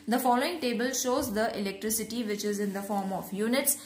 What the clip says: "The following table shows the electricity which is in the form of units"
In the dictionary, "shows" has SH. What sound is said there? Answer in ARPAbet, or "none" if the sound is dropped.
SH